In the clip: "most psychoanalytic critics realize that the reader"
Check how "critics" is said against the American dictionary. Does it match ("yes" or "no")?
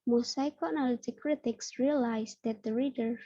yes